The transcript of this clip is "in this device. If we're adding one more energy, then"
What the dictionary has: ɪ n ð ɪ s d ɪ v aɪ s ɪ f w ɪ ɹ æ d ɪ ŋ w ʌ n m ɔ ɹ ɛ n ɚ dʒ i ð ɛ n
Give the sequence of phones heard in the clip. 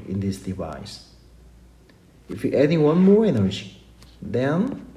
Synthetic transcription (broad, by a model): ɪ n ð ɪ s d ɪ v aɪ s ɪ f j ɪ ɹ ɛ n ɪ w ʌ n m ɔ ɹ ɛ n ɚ i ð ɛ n